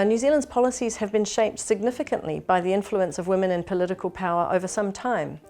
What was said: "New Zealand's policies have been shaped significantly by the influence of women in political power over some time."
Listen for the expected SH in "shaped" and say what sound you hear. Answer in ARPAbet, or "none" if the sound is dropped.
SH